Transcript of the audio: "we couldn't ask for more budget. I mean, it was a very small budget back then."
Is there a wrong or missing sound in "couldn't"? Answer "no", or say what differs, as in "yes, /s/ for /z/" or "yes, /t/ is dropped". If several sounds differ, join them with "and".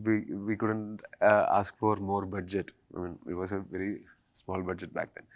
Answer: no